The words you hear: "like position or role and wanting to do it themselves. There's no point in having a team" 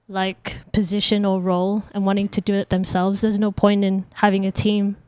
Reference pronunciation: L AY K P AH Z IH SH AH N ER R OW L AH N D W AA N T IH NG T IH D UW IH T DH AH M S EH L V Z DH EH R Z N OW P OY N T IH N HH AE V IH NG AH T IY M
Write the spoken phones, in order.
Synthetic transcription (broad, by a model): L AY K P AH Z IH SH AH N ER R OW L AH N W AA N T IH NG T IH D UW IH T DH AH M S EH L V Z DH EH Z N OW P OY N T IH N HH AE V IH NG AH T IY M